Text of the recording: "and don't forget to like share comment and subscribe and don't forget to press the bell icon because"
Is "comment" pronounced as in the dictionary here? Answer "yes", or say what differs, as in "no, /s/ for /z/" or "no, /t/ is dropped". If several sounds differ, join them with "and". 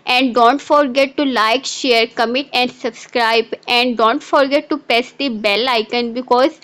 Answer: no, /n/ is dropped